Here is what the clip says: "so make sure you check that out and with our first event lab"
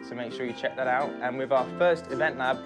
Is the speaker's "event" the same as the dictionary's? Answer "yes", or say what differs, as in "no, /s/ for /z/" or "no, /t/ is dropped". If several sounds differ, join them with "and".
yes